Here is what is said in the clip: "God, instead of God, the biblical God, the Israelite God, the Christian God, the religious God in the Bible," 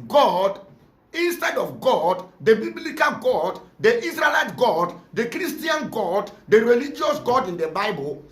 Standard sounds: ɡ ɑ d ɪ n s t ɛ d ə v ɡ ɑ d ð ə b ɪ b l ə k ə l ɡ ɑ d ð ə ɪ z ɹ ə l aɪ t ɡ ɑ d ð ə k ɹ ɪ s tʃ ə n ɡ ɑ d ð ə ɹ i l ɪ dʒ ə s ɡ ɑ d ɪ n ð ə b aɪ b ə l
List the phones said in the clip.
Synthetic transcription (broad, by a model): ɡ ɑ d ɪ n s t ɛ d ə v ɡ ɑ d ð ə b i b l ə k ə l ɡ ɑ d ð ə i s ɹ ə l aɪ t ɡ ɑ d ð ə k ɹ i s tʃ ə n ɡ ɑ d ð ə ɹ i l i dʒ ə s ɡ ɑ d ɪ n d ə b aɪ b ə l